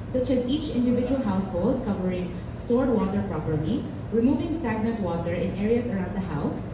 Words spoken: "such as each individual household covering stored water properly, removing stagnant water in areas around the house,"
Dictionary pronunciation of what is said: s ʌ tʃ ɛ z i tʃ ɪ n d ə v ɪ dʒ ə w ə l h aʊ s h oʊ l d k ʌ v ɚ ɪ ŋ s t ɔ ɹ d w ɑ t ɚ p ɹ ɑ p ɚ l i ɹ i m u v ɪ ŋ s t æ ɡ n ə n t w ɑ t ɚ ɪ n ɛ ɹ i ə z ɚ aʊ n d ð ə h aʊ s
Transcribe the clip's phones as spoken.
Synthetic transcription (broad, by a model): s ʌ tʃ ɛ z i tʃ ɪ n d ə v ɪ dʒ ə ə l h aʊ s h oʊ l d k ʌ v ɚ ɪ ŋ s t ɔ ɹ d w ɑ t ɚ p ɹ ɑ p ɚ l i ɹ i m u v ɪ ŋ s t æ ɡ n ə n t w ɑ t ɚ ɪ n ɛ ɹ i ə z ɚ aʊ n d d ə h aʊ s